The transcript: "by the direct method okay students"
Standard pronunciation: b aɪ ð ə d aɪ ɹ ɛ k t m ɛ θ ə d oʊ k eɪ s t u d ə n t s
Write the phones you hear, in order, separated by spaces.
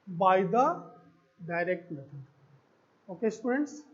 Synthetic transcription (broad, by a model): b aɪ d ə d aɪ ɹ ɛ k t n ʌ t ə oʊ k eɪ s t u d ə n t s